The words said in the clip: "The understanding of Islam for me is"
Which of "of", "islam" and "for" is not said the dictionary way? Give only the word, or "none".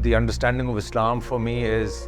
none